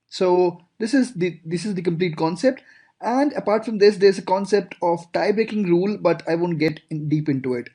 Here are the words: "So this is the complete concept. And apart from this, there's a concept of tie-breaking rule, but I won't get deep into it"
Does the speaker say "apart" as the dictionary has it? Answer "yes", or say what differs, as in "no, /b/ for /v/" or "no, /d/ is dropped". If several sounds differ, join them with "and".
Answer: yes